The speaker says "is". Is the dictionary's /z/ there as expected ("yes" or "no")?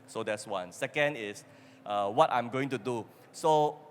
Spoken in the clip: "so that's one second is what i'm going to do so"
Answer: no